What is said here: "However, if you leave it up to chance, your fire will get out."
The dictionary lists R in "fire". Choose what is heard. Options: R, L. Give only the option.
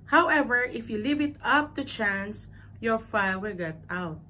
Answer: L